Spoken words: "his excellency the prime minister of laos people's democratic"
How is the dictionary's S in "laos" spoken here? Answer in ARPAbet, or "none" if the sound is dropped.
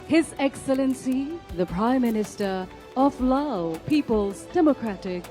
none